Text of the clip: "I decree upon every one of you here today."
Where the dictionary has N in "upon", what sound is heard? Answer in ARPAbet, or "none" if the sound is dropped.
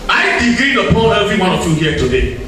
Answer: L